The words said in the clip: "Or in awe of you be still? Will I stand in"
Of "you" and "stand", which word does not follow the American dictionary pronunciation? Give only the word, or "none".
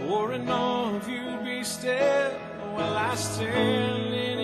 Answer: stand